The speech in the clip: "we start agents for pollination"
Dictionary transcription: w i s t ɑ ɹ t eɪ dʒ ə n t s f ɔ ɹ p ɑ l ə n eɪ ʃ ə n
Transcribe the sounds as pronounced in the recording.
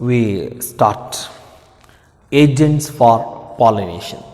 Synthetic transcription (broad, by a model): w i s t ɑ ɹ t eɪ dʒ ə n t s f ɔ ɹ p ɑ l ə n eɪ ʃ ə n